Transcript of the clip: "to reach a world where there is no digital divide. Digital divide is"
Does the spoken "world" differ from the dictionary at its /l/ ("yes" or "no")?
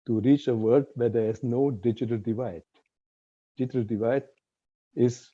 yes